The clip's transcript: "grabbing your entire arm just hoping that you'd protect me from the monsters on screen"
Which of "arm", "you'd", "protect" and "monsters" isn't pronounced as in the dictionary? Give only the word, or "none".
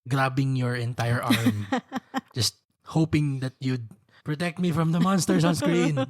monsters